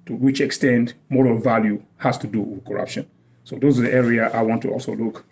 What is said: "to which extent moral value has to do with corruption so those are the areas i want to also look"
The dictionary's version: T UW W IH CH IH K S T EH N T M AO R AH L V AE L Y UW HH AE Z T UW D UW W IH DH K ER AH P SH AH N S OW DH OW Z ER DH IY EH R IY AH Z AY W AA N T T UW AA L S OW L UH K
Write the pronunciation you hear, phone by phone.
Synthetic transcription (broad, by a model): T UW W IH CH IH K S T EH N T M AO R AH L V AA L Y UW HH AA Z T UW D UW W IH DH K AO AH P SH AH N S OW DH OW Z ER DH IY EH R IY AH AY W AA N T T UW AA L S OW L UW K